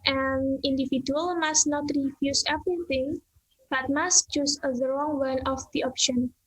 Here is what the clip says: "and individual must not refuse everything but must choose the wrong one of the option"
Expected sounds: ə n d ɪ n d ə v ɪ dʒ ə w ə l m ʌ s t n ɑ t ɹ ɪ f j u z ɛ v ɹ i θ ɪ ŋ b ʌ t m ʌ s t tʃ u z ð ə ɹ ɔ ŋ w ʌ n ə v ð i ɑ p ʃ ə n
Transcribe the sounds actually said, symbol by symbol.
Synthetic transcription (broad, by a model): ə n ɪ n d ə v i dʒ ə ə l m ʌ s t n ɑ t ɹ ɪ f j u s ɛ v ɹ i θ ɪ ŋ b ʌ t m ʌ s t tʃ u s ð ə ɹ ɔ ŋ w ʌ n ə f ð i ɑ p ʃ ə n